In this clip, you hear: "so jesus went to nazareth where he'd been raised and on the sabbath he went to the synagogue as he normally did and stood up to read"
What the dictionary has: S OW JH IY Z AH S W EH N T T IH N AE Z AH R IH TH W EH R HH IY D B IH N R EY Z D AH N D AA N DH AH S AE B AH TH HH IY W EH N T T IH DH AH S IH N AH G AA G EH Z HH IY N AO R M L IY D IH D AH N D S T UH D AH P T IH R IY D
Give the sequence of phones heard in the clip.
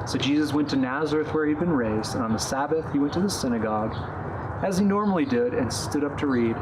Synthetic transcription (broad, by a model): S OW JH IY Z AH S W EH N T T IH N AE Z AH R IH TH W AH R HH IY D B IH N R EY Z D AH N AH N DH AH S AE B AH TH HH IY W EH N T T IH DH AH S IH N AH G AA G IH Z IY N AO R M L IY D IH D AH N S T UH D AH P T IH R IY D